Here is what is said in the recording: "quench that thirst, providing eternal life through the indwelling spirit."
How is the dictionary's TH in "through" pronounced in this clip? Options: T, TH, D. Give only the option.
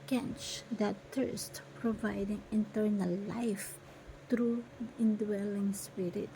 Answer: T